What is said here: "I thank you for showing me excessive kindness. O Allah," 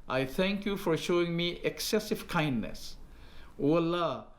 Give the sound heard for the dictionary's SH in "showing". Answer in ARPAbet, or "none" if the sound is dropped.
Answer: SH